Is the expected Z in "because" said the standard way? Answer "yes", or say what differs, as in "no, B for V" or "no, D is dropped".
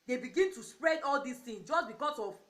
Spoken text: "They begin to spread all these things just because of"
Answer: no, S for Z